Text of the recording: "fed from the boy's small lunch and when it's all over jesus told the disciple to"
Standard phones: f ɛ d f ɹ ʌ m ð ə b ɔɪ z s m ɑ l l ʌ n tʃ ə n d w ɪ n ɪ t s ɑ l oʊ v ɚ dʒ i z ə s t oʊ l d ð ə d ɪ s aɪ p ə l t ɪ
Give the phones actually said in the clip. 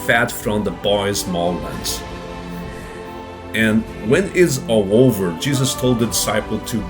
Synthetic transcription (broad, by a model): f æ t f ɹ ʌ m ð ə b ɔɪ z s m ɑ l w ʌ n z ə n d w ɪ n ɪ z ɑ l oʊ v ɚ dʒ i z ə s t oʊ l d ð ə d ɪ s aɪ p l t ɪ